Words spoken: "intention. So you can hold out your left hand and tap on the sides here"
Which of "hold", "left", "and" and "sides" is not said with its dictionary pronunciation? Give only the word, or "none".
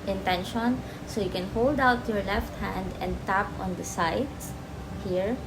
sides